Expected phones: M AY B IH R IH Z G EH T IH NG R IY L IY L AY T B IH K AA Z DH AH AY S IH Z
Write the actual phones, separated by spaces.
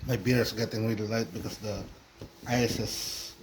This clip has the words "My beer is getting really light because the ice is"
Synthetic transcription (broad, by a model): M AY B IH R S G EH T IH NG R IY L IY L AY T B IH K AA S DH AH AY S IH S